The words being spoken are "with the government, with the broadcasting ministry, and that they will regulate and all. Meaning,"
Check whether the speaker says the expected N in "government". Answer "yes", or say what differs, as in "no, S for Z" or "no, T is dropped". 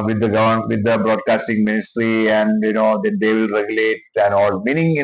no, N is dropped